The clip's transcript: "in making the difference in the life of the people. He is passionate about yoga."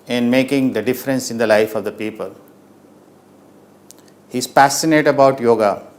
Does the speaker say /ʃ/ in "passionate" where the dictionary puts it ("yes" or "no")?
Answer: no